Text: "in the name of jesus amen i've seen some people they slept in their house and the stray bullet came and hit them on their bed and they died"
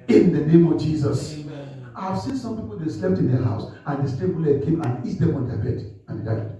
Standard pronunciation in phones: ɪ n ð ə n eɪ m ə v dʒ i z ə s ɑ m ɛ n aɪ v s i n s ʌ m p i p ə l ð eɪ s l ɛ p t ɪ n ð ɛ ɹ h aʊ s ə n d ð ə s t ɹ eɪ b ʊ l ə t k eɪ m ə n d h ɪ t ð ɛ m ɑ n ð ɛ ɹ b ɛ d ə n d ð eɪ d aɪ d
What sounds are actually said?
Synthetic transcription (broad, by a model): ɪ n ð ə n eɪ m ə v dʒ i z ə s ɑ ɪ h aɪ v s i n s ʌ m p i p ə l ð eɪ s l ɛ p t ɪ n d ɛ h aʊ s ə n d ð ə s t eɪ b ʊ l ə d k eɪ m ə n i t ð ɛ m ɑ n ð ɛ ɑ b ɛ d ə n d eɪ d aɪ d